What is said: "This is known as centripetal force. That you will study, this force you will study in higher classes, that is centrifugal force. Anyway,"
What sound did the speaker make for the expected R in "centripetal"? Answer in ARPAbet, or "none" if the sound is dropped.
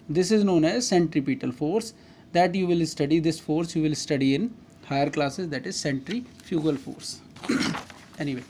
R